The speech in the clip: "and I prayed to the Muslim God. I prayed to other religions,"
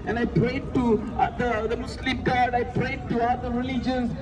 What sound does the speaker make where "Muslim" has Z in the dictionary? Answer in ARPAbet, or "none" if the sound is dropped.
S